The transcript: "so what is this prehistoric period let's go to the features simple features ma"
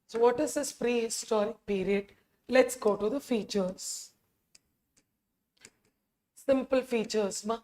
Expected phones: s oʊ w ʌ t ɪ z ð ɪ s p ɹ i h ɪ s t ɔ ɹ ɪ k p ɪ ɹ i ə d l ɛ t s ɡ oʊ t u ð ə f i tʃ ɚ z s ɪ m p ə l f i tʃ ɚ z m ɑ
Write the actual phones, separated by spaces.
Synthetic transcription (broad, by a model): s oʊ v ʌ t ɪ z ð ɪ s p ɹ i h ɪ s t ɔ ɹ ɪ k p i ɹ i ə d l ɛ t s ɡ oʊ t u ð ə f i tʃ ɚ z s ɪ m p ə l f i tʃ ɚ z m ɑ